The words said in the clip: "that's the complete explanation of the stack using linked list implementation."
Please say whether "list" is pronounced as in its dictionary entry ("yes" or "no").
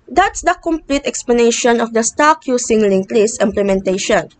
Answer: no